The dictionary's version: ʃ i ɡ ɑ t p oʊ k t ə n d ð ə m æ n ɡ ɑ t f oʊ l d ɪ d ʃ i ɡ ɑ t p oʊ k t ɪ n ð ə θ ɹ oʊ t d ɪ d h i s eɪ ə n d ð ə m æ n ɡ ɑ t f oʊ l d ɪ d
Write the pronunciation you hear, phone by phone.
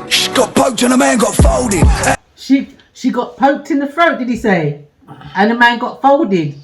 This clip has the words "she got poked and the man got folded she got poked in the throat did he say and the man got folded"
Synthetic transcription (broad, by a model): ʃ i ɡ ɑ t p oʊ k t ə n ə m æ n ɡ ɑ t f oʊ l d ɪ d ʃ i ɡ ɑ t p oʊ k t ɪ n ð ə f ɹ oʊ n d ɪ d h i s eɪ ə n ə m æ n ɡ ɑ t f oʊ l d ɪ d